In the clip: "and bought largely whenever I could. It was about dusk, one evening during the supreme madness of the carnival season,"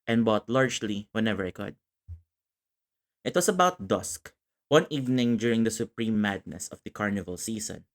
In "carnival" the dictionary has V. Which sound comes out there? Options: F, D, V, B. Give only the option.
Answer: V